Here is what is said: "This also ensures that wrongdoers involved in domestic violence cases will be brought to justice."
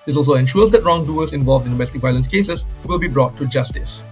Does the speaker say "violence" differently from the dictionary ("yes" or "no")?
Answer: no